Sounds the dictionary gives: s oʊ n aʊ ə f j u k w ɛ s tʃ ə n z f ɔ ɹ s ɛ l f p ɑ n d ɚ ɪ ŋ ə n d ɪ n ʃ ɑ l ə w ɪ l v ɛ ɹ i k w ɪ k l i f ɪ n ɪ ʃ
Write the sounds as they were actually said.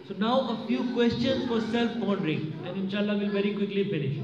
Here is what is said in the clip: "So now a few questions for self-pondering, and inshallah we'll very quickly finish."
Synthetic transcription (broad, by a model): s oʊ n aʊ ə f j u k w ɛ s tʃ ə n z f ɔ ɹ s ɛ l f b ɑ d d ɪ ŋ ə n d ɪ n ʃ ɑ l ə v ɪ l v ɛ ɹ i k w ɪ k l i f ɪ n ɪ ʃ